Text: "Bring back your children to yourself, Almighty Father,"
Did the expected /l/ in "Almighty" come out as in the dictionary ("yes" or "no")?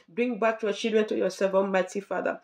no